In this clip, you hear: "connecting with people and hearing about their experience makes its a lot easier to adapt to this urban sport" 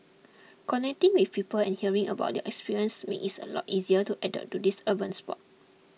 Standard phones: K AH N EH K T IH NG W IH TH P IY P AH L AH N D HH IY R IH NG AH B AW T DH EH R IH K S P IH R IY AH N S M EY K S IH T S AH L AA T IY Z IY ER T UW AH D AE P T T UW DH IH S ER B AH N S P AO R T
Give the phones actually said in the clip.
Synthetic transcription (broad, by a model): K AH N EH K T IH NG W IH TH P IY P AH L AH N HH IY R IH NG AH B AW T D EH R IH K S P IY R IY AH N S M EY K IH T S AH L AA T IY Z IY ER T UW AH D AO T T UW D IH S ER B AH N S P AO T